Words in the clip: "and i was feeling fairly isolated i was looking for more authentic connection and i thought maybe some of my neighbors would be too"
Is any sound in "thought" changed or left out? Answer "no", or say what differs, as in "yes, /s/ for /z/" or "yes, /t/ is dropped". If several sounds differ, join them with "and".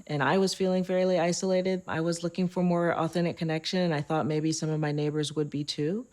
no